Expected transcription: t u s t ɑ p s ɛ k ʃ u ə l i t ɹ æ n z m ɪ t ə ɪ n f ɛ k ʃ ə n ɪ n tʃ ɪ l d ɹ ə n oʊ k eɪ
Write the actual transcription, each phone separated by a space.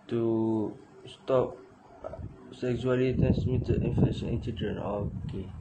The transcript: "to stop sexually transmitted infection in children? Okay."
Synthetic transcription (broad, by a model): t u s t ɑ p s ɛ k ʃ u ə l i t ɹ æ n s m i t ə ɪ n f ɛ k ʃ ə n ɪ n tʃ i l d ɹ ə n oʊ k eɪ